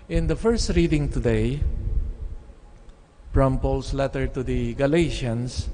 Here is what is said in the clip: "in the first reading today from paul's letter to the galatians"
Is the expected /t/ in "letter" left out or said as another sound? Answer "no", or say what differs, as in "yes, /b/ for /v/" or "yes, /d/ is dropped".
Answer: no